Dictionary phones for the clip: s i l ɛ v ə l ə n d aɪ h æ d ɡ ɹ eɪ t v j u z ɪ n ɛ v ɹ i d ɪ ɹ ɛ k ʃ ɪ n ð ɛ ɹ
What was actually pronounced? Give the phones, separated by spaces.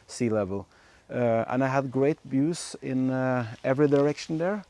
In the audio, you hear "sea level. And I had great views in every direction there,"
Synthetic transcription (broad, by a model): s i l ɛ v ə l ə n aɪ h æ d ɡ ɹ eɪ t b j u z ɪ n ɛ v ɹ i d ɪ ɹ ɛ k ʃ n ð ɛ ɹ